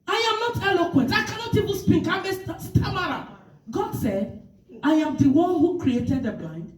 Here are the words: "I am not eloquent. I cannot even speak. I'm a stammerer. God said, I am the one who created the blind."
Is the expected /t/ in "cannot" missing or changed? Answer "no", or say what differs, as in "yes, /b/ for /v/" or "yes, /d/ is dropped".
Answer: no